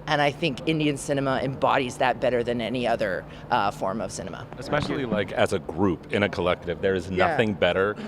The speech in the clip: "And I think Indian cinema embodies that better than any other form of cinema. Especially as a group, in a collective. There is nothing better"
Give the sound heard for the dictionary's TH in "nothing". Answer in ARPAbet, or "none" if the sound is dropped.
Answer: TH